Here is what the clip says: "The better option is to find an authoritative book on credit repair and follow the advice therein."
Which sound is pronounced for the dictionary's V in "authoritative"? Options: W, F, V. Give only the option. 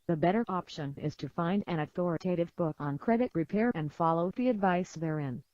V